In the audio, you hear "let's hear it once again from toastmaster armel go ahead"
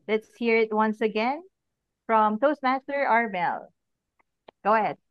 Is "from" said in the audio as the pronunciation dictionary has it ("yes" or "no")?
yes